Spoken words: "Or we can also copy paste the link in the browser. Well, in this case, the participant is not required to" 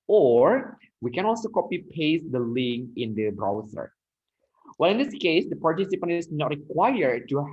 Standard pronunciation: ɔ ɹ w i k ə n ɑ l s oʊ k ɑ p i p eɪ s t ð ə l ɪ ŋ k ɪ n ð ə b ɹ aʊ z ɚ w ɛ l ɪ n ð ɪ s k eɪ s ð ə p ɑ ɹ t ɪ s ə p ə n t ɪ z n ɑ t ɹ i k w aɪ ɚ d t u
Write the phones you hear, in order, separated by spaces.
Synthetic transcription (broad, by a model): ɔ ɹ w i k ə n ɑ l s oʊ k ɑ p i p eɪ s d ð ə l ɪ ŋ ɪ n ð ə b ɹ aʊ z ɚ w ɛ l ɪ n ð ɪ s k eɪ s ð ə p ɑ ɹ t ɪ s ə p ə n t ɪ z n ɑ t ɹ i k w aɪ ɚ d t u